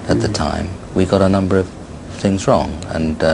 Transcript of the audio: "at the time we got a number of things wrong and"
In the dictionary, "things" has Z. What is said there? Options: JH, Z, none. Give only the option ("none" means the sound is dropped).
Z